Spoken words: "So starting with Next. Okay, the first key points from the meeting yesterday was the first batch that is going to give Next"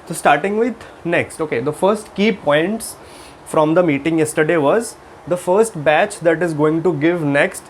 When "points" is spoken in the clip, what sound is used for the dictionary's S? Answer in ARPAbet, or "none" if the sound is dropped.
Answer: S